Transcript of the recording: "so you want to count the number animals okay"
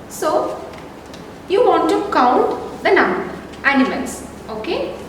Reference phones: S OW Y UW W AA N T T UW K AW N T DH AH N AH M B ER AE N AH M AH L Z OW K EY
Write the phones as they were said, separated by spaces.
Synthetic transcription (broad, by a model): S OW Y UW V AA N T T UW K AW N T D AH N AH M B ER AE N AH M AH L S OW K EY